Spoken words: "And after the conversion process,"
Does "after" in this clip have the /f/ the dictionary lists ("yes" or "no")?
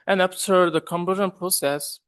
no